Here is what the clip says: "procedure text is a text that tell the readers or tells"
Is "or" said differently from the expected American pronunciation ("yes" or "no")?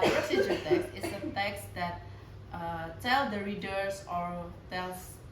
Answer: no